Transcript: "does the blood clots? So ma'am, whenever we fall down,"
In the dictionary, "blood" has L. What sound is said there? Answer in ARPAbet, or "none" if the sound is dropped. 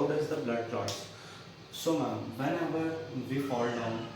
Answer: L